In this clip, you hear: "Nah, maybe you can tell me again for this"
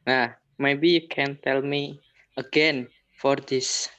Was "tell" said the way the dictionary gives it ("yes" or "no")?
yes